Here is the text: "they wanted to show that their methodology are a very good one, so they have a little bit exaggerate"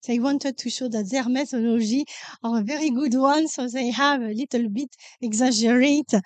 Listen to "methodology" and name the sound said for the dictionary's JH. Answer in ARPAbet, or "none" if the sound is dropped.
ZH